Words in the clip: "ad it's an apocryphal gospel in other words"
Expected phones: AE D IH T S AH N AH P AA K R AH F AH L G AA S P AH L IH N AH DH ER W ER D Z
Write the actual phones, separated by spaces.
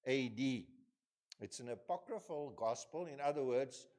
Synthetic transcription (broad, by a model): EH D IH T S AH N AH P AA K R AH F AH L G AA S P AH L IH N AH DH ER W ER D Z